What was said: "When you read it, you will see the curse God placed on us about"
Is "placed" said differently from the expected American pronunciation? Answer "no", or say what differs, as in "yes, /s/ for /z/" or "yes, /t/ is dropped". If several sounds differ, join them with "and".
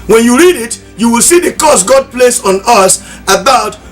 yes, /t/ is dropped